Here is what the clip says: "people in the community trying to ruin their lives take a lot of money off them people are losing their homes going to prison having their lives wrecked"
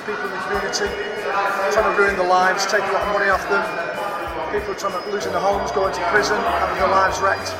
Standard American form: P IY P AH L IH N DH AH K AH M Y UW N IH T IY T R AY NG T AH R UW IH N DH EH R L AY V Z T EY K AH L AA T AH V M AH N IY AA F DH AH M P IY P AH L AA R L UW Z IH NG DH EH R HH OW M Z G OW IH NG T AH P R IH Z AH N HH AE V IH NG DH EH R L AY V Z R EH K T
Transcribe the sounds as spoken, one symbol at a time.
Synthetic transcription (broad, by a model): P IY P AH L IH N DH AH K AH M Y UW N IH T IY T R AY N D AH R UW IH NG DH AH L AY V Z T EY K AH L AA T AH V M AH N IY AA F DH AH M P IY P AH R AA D L UW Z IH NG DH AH HH OW M Z G OW IH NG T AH P R IH Z AH N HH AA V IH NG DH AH L AY V Z R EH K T